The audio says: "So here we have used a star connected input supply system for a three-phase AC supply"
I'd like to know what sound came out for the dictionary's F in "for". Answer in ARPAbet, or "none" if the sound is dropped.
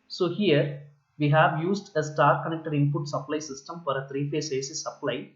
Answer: F